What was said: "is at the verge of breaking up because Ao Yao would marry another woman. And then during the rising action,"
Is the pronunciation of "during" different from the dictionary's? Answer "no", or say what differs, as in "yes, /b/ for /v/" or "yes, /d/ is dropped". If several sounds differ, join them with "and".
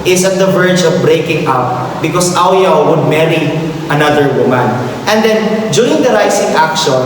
yes, /ɹ/ is dropped